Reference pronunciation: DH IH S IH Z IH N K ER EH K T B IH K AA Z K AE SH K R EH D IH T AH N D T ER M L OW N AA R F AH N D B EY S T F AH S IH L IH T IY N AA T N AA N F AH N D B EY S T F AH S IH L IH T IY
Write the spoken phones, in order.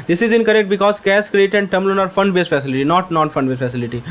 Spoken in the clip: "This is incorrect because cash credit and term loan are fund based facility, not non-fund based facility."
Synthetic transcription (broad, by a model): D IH S IH Z IH N K ER EH K T B IH K AA Z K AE S K R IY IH T AH N D T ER M L OW N AA R F AH N D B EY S F AH S IH L IH T IY N AA T N AA N F AH N D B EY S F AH S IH L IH T IY